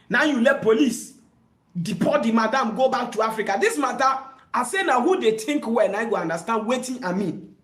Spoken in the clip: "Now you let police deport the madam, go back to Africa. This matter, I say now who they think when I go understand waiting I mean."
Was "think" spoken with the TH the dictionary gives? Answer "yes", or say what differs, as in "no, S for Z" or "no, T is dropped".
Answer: no, T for TH